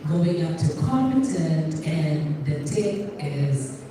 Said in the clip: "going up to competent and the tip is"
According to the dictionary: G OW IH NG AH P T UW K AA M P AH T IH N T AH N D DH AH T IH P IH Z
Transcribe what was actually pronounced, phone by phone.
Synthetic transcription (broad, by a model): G OW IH NG AH P T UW K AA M AH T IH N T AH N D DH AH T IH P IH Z